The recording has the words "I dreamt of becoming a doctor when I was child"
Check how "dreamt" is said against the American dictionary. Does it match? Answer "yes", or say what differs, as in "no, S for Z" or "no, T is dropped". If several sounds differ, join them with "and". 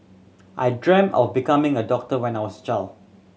no, T is dropped